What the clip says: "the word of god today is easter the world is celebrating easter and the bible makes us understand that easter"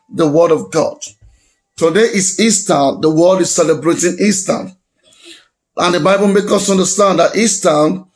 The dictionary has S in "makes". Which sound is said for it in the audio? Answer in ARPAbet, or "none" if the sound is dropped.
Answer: none